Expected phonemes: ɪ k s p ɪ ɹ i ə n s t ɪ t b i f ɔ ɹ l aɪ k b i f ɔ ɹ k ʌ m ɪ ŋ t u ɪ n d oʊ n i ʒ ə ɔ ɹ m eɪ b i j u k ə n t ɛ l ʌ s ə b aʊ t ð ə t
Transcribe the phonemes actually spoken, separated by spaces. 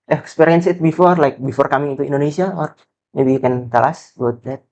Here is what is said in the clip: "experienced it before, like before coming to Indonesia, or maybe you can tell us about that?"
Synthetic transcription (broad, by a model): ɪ k s p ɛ ɹ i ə n s ɪ t b i f ɔ ɹ l aɪ k b i f ɔ ɹ k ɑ m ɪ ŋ t u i n d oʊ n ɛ s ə ɔ ɹ m eɪ b i k ə n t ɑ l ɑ s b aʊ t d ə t